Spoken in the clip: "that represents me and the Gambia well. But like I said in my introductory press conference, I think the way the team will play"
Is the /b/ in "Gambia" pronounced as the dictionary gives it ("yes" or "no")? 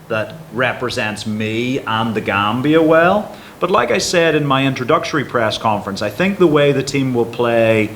yes